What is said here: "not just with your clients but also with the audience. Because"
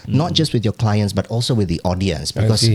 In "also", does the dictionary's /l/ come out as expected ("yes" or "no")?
yes